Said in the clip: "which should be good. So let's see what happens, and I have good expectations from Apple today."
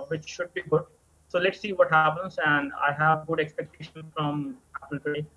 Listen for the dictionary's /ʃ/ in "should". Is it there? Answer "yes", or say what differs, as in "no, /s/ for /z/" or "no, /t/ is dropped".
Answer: yes